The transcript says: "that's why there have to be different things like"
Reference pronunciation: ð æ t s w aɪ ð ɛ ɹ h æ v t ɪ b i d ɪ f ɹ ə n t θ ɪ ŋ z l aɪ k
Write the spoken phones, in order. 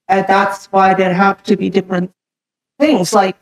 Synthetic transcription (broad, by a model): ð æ t s w aɪ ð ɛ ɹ h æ f t ɪ b i d ɪ f ɹ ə n θ ɪ ŋ z l aɪ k